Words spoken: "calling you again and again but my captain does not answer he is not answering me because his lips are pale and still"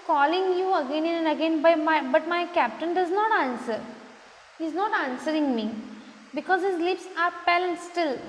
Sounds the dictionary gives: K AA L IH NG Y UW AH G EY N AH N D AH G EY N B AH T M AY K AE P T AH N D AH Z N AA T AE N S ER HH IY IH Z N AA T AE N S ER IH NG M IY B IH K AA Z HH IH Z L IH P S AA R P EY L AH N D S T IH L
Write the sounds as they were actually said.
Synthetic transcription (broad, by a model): K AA L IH NG Y UW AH G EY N AH N D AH G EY N B AH T M AY K AE P T AH N D AH Z N AA T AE N S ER HH IY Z N AA T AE N S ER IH NG M IY B IH K AA Z HH IH Z L IH P S AA R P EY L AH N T S T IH L